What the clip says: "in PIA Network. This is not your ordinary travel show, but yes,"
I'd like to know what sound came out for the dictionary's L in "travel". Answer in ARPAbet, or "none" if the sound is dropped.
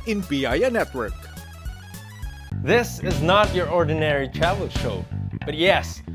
N